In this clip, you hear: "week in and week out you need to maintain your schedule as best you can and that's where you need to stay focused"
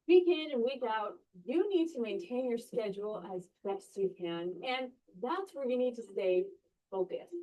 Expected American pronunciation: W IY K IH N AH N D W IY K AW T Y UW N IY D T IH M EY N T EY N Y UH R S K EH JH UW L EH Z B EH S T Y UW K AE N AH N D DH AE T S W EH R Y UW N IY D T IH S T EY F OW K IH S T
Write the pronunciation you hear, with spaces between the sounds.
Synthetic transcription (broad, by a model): W IY K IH N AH N W IY K AW T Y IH N IY D T IH M EY N T EY N Y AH R S K EH JH UW L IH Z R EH T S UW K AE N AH N DH AE T S W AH R Y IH N IY D T IH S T EY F OW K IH S